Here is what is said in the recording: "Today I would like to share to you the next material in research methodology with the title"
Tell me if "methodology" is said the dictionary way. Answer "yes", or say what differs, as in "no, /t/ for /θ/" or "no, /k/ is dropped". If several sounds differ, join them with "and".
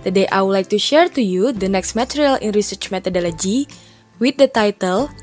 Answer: no, /t/ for /θ/